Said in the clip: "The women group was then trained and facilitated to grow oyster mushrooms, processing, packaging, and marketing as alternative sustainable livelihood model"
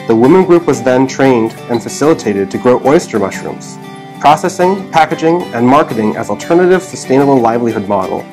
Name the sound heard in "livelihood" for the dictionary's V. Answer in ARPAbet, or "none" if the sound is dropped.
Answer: V